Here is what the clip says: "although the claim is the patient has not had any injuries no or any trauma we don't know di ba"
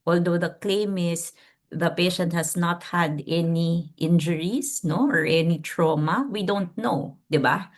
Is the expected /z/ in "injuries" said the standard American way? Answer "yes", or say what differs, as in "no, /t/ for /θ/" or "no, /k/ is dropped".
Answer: no, /s/ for /z/